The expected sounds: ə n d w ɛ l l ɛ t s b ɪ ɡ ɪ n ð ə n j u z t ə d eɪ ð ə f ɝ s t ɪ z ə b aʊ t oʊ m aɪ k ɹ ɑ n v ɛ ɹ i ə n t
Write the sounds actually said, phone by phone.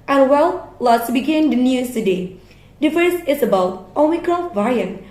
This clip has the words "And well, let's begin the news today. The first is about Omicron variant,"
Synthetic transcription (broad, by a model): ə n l w ɛ l l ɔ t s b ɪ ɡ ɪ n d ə n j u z t ə d eɪ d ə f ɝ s ɪ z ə b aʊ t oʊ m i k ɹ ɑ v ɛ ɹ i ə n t